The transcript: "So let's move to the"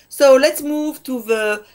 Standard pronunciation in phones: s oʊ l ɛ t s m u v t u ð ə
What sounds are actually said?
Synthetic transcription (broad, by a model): s oʊ l ɛ t s m u v t u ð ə